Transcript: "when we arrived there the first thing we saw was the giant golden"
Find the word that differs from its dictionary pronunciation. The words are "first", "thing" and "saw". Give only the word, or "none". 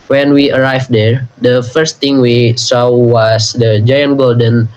thing